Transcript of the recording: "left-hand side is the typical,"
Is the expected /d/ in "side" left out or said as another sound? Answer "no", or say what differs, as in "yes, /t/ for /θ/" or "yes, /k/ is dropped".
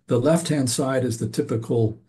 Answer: no